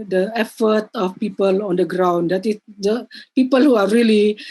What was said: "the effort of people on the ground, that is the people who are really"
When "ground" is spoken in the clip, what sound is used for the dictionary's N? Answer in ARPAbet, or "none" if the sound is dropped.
N